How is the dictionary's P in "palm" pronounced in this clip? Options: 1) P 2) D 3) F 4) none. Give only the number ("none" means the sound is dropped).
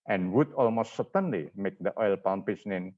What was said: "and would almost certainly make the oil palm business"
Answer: 1